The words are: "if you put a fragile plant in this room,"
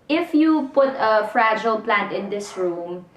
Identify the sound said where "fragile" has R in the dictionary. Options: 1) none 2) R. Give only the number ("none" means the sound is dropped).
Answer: 2